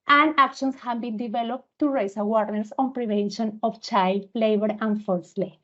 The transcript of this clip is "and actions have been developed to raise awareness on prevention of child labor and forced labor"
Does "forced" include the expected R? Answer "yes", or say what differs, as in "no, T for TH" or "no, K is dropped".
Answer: no, L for R